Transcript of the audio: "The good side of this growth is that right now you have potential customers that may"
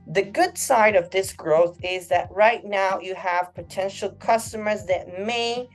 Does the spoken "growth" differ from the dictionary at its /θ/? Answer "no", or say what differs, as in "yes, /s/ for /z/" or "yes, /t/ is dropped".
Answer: no